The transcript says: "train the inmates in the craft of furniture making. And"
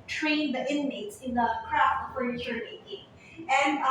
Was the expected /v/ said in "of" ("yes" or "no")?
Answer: no